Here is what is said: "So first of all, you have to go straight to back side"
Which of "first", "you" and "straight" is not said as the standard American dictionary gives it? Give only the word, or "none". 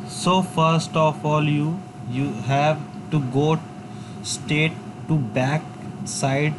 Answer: straight